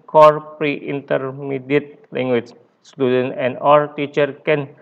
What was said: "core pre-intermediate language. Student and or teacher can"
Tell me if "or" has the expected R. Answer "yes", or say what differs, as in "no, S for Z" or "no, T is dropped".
no, L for R